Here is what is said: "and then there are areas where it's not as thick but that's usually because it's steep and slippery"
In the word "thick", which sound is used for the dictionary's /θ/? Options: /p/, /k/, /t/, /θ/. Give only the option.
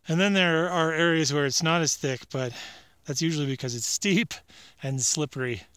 /θ/